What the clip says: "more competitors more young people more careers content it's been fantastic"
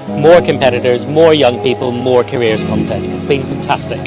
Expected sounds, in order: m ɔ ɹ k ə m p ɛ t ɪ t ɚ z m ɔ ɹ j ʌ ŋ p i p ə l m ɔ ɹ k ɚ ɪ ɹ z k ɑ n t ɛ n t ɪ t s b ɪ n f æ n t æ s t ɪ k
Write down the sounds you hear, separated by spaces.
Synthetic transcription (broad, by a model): m ɔ ɹ k ə m p ɛ t ɪ t ɚ z m ɔ ɹ j ʌ ŋ p i p ə l m ɔ ɹ k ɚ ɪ ɹ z k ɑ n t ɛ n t ɪ t s b ɪ n f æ n t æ s t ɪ k